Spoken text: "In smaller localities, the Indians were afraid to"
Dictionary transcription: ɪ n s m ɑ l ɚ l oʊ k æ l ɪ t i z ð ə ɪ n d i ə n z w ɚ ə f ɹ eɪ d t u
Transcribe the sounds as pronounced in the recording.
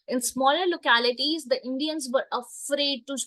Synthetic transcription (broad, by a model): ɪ n s m ɑ l ɚ l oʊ k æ l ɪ t i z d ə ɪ n d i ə n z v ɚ ə f ɹ eɪ d t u